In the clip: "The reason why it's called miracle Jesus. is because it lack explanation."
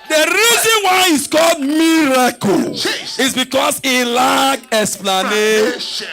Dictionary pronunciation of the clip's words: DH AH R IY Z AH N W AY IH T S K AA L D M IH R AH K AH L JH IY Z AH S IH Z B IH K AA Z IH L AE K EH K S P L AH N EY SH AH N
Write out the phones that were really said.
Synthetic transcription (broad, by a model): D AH R IY Z AH N W AY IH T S K AA L D M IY R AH K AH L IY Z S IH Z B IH K AA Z IH L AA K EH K S P L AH N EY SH